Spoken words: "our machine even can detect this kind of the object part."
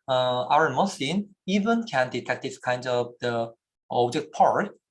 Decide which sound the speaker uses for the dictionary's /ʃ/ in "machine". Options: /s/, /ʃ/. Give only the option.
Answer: /s/